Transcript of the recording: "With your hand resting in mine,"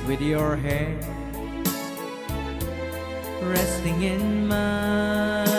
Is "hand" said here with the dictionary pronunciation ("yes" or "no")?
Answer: no